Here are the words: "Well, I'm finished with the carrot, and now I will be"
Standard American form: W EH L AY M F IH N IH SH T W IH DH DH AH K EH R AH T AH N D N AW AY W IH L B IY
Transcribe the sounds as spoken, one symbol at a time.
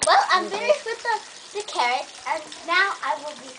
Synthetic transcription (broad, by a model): W EH L AY M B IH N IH W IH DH DH AH K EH R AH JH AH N N AW AY W IH L B IY